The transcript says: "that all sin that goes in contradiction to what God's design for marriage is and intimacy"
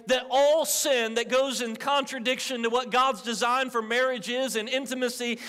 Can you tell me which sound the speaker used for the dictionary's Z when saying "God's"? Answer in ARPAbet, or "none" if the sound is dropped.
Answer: Z